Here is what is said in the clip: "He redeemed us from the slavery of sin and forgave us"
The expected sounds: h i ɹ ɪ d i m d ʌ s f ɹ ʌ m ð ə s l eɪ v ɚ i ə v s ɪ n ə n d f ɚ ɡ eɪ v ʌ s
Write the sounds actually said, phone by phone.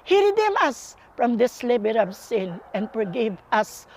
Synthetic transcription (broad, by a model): h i ɹ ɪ d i m ʌ s f ɹ ʌ m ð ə s l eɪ b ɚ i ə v s ɪ n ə n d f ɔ ɡ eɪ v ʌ s